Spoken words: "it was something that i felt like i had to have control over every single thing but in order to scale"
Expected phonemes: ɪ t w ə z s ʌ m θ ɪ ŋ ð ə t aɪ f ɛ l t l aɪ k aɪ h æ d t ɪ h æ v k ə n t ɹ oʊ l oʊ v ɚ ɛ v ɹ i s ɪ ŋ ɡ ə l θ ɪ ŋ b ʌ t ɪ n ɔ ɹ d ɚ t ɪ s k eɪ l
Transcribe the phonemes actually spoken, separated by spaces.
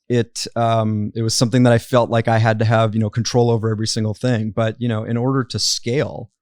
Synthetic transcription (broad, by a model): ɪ t w ə z s ʌ m θ ɪ ŋ ð ə t aɪ f ɛ l t l aɪ k aɪ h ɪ d t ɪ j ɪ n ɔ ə n t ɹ oʊ l oʊ v ɚ ɛ v ɹ i s ɪ ŋ ɡ l θ ɪ ŋ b ʌ t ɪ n ɔ ɹ d ɚ t ɪ s k eɪ l